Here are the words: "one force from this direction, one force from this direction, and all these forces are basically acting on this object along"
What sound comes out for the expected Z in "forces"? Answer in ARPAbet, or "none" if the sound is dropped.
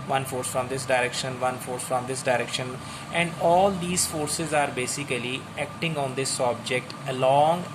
Z